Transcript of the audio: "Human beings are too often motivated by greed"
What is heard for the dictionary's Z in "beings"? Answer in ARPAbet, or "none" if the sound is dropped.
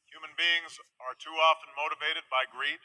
Z